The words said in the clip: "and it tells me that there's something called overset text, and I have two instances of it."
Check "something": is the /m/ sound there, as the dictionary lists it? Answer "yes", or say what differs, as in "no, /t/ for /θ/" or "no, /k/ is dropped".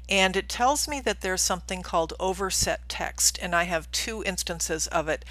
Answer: yes